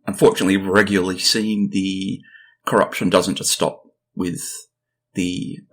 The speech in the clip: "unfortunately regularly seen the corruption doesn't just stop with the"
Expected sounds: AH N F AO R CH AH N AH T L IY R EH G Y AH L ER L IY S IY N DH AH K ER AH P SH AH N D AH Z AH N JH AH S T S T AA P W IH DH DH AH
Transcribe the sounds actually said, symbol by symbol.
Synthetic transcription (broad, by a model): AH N F AO R CH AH N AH T L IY R EH G Y L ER L IY S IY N DH AH K ER AH P SH AH N D AH Z AH N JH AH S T S T AA P W IH DH DH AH